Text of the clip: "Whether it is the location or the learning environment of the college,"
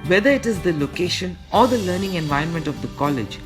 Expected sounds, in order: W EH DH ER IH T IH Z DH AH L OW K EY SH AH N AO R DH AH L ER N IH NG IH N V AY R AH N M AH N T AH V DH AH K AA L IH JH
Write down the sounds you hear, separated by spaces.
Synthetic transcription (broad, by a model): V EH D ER IH T IH Z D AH L OW K EY SH AH N AO R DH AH L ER N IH NG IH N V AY AH N M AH N T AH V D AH K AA L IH JH